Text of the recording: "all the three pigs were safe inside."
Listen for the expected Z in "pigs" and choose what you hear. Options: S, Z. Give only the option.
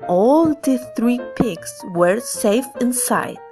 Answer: S